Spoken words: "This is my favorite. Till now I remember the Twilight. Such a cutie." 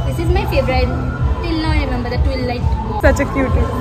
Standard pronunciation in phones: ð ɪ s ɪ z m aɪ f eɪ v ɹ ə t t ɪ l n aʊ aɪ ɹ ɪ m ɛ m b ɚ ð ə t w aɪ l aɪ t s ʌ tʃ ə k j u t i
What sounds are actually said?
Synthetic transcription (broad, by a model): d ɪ s ɪ z m aɪ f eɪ b ɹ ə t t ɪ l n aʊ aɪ ɹ ɪ m ɛ m b ɚ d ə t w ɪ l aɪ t s ʌ tʃ ə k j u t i